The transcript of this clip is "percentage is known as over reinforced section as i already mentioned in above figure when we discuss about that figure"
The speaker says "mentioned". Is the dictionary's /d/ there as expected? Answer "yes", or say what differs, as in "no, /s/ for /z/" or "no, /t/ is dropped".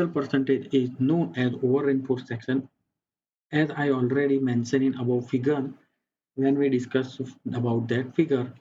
no, /d/ is dropped